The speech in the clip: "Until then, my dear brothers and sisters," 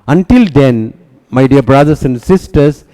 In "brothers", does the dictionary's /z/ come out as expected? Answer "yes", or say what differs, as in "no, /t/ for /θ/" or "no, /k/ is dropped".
no, /s/ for /z/